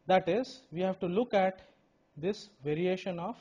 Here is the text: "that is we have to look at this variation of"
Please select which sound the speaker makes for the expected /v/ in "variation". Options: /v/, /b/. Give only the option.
/v/